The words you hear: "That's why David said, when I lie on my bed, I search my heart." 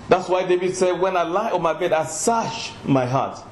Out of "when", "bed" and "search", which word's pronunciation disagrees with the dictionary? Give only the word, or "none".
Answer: search